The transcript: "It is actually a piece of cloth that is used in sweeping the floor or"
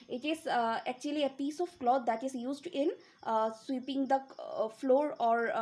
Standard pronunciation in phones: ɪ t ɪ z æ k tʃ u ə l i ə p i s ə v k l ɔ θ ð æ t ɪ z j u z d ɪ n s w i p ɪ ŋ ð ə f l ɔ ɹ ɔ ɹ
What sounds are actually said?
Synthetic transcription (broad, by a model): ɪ t ɪ z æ k tʃ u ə l i ə p i s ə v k l ɔ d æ t ɪ z j u z d ɪ n s w i p ɪ ŋ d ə f l ɔ ɹ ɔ ɹ